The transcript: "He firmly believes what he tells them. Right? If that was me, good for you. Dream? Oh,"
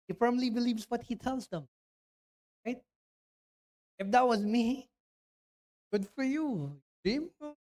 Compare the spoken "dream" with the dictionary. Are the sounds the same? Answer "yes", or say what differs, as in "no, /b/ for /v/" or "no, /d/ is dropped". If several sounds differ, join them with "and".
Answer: no, /ɹ/ is dropped